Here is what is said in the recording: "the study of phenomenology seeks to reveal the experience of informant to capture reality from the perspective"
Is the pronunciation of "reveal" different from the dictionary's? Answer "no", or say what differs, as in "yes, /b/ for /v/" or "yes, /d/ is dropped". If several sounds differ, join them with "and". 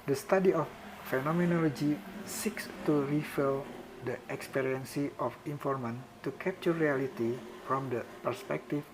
yes, /f/ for /v/